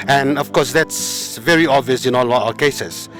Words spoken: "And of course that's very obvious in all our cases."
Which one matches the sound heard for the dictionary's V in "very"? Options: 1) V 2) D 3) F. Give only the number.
1